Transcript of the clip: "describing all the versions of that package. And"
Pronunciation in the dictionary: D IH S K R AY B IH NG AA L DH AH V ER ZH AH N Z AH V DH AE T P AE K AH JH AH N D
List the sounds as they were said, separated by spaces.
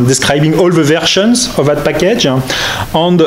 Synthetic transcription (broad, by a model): D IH S K R AY B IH NG AA L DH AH V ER SH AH N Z AH V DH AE T P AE K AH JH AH N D